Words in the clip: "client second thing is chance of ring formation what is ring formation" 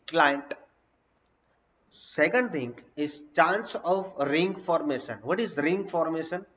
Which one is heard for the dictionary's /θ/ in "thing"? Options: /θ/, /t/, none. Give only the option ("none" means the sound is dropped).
/t/